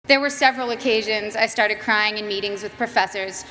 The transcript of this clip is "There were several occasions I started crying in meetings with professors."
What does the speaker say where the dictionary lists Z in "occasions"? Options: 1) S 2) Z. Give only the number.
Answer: 2